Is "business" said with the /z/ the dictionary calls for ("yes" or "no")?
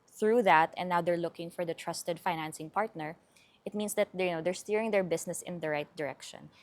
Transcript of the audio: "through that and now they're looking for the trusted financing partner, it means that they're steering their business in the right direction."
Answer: no